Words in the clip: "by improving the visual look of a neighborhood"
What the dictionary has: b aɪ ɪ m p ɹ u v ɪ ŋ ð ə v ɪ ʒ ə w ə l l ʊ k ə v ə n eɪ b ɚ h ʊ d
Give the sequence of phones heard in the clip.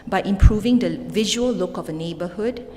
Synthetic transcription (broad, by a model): b aɪ ɪ m p ɹ u v ɪ ŋ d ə v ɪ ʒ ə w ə l l ʊ k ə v ə n eɪ b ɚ h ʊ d